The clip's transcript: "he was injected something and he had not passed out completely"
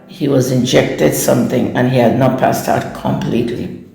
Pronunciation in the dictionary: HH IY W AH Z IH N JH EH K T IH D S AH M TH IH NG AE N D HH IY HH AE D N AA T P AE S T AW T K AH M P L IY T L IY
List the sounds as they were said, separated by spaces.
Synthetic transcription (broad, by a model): HH IY W AH Z IH N JH EH K T IH D S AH M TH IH NG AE N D HH IY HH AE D N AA T P AE S T AW T K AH M P L IY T L IY